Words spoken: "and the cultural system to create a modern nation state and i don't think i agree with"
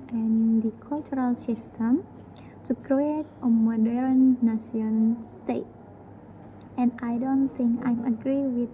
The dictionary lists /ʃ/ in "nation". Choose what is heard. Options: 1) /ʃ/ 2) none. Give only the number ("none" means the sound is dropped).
2